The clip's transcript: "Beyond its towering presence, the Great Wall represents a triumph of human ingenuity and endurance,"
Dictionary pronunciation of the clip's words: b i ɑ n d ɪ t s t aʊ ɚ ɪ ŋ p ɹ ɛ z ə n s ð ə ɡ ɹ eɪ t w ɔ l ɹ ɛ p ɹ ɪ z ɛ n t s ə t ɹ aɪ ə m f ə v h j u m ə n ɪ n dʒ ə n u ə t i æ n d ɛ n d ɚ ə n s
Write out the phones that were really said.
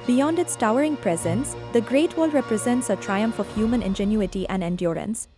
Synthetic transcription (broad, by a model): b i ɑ n d ɪ t s t aʊ ɚ ɪ ŋ p ɹ ɛ z ə n s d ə ɡ ɹ eɪ t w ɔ l ɹ ɛ p ɹ ɪ z ɛ n t s ə t ɹ aɪ ə m f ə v h j u m ə n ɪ n dʒ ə n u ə t i æ n d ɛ n d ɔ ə n s